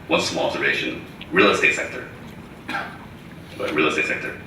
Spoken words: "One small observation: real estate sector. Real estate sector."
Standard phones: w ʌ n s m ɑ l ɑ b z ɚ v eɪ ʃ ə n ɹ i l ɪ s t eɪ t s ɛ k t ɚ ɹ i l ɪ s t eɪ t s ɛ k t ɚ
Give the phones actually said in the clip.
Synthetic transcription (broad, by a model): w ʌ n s ɑ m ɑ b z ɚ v eɪ ʃ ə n ɹ i l ɪ s t eɪ t s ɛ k t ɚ ɹ i l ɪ s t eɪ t s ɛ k t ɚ